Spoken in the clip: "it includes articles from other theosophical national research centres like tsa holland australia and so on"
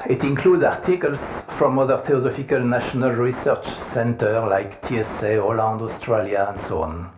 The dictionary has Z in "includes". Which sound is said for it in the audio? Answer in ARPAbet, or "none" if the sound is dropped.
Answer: none